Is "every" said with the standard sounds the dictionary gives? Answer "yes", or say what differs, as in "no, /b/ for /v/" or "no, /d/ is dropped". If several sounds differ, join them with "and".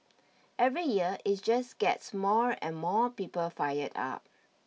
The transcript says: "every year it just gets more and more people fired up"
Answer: yes